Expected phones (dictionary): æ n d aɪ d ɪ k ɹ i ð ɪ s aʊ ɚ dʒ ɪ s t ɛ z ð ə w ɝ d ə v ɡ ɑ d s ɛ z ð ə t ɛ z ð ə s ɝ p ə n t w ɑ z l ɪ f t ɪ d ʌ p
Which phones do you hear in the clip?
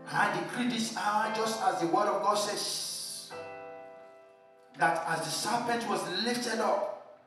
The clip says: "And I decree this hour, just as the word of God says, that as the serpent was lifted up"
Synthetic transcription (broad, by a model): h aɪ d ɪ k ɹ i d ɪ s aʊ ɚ dʒ ɪ s t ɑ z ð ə w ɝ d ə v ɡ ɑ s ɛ s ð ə t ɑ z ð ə s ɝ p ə n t w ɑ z l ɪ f t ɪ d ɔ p